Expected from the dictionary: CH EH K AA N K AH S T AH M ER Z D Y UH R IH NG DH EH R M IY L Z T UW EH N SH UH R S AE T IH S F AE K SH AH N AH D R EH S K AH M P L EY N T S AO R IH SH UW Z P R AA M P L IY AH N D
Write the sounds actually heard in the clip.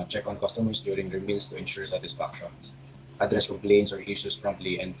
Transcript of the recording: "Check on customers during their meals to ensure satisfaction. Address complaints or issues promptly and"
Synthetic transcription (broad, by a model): CH EH K AA N K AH S T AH M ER S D Y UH R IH NG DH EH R M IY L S T UW EH N SH UH R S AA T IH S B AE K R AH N AH D R EH S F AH P L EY N S AO R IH SH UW S P R AA M P L IY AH N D